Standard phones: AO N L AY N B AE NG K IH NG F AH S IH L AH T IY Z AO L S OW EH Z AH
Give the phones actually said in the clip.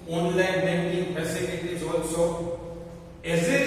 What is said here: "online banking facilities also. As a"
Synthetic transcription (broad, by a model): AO N L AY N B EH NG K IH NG P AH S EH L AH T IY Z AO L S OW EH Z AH